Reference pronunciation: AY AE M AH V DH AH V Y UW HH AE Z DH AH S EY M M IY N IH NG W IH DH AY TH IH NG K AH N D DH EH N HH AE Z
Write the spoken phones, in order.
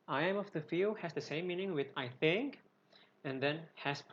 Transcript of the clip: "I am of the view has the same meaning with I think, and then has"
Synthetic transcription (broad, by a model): AY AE M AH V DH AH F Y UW HH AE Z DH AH S EY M M IY N IH NG W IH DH AY TH IH NG K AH N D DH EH N HH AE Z